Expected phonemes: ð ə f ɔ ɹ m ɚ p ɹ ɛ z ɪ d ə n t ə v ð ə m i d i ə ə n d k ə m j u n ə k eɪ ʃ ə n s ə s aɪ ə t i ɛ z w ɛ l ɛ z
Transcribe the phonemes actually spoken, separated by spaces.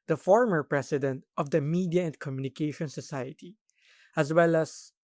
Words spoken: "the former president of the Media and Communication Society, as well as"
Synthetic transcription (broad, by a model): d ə f ɔ ɹ m ɚ p ɹ ɛ s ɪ d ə n t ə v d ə m i d i ə ə n d k ə m j u n ə k eɪ ʃ ə n s ə s aɪ ə t i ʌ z w ɛ l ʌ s